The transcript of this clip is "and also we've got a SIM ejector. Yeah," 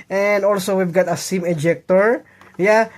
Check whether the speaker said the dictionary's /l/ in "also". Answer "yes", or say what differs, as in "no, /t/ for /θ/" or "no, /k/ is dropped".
yes